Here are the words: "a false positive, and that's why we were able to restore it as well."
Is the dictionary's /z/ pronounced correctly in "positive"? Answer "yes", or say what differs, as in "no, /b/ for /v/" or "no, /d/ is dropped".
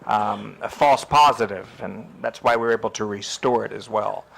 yes